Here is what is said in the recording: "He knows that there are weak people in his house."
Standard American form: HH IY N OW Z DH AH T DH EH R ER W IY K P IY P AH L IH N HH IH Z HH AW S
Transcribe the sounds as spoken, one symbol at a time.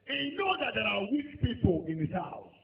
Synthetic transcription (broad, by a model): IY N OW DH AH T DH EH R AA W IY K P IY P AH L IH N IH S HH AW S